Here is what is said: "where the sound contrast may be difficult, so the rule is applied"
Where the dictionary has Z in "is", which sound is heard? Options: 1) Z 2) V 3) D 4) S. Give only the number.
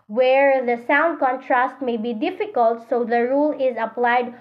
1